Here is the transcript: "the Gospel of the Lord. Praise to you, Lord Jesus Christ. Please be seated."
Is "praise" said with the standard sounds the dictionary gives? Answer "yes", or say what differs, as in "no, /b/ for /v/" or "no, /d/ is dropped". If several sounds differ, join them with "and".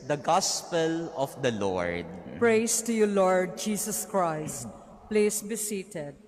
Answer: no, /s/ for /z/